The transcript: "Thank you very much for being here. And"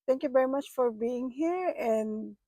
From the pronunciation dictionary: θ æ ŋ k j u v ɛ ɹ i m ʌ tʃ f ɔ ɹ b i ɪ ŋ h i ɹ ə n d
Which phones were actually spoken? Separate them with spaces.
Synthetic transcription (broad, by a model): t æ ŋ k j u v ɛ ɹ i m ʌ tʃ f ɔ ɹ b i ɪ ŋ h i ɹ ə n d